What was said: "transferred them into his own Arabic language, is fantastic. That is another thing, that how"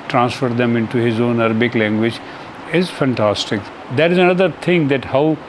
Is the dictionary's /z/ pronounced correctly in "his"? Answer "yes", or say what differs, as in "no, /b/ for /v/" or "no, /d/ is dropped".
yes